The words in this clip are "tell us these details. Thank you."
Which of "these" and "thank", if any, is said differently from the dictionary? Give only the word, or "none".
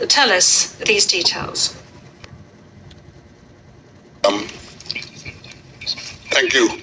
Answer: none